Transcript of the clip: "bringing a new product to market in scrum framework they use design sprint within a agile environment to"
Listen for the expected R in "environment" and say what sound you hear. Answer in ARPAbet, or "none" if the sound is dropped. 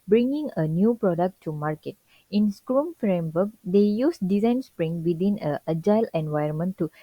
none